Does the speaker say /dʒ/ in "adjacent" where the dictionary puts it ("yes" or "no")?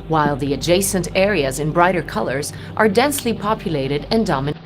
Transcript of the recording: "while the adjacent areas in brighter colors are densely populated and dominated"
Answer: yes